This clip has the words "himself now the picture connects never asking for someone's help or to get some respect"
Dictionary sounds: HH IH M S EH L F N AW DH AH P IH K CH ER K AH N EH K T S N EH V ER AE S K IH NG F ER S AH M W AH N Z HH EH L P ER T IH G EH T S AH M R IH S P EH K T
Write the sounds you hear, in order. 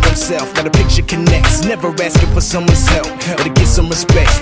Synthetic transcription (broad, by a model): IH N S EH L F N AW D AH P IH K CH ER K AH N EH K T S N EH V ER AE S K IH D F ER S AH M W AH N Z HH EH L F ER T IH G EH T S AH M R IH S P EH K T